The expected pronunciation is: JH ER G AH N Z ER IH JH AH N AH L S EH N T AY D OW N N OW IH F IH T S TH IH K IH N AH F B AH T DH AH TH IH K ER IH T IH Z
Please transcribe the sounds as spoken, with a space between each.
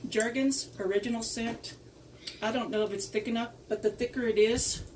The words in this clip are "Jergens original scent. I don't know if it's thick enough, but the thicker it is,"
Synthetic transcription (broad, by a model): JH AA G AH N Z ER IH JH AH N L S EH N T AY D OW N N OW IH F IH T S TH IH K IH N AH P B AH T DH AH TH IH K ER IH T IH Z